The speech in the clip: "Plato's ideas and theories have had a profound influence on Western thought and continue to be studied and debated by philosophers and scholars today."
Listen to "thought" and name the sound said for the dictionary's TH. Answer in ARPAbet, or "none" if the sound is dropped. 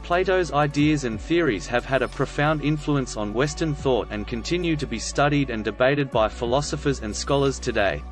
TH